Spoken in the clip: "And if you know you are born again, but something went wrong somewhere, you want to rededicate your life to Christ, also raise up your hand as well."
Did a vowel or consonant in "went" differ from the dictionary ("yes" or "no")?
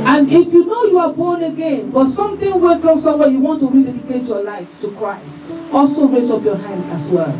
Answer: yes